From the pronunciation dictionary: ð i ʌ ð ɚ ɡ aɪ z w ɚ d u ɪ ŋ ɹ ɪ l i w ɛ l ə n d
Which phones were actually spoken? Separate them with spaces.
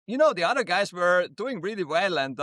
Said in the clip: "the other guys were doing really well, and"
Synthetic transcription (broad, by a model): ð i ʌ ð ɚ ɡ aɪ z w ɚ d u ɪ ŋ ɹ ɪ l i w ɛ l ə n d